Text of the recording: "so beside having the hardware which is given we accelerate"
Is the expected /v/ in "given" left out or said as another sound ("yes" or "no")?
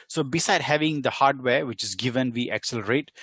no